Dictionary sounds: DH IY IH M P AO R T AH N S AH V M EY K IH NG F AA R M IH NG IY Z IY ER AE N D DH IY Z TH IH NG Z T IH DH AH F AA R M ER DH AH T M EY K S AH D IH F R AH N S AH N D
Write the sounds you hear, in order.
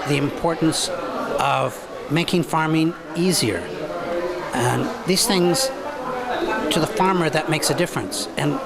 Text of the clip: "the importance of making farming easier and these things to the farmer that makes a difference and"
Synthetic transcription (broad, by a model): DH IY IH M P AO R T N S AH V M EY K IH NG F AA R M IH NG IY Z IY ER N DH IY Z TH IH NG Z T IH DH AH F AA R M ER DH AH T M EY K S AH D IH F R AH N S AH N